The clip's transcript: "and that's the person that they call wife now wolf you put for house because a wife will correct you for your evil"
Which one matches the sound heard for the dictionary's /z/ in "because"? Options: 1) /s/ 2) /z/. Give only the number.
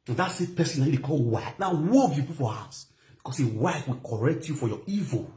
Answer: 1